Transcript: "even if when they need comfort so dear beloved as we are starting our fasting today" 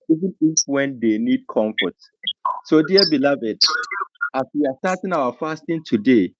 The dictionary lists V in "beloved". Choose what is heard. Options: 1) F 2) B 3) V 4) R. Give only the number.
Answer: 3